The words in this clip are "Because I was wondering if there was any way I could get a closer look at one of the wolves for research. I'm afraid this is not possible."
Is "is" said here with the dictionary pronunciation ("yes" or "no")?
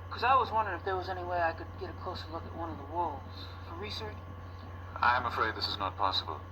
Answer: yes